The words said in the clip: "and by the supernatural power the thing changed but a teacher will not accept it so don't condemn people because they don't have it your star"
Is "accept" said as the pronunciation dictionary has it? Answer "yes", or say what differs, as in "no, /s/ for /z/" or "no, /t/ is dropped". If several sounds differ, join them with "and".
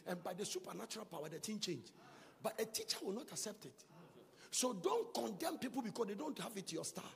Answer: yes